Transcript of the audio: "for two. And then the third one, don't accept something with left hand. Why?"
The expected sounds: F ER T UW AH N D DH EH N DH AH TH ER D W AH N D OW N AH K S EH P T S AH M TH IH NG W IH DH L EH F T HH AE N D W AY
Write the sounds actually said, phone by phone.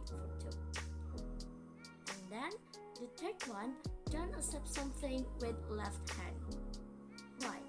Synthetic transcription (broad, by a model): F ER T UW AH N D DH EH N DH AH T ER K W AH N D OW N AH S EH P S AH M TH IH NG W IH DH L EH F T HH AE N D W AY